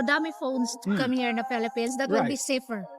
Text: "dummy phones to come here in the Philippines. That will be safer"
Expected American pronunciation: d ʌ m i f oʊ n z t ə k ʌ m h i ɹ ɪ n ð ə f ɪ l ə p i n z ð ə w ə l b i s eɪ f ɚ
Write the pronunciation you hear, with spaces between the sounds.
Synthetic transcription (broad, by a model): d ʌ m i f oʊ n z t k ʌ m h i ɹ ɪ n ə p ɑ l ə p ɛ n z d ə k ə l b i s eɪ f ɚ